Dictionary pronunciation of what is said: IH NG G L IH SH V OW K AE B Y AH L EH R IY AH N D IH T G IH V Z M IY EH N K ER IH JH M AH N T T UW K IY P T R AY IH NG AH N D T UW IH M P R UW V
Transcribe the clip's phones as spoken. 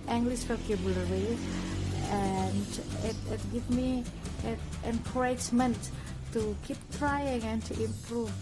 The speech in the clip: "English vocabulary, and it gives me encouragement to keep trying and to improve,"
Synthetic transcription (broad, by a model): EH NG G L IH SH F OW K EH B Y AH L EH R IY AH N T IH T G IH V M IY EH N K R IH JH M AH N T T UW K IY P T R AY IH NG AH N T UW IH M P R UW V